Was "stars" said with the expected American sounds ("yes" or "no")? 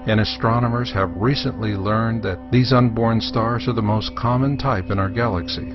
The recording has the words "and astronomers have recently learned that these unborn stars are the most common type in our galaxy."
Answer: yes